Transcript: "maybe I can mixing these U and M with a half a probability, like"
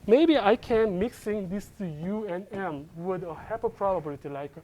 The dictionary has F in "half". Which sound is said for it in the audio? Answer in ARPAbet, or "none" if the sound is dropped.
P